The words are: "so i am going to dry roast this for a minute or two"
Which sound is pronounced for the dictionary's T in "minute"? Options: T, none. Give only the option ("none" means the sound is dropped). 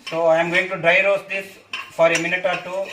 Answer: T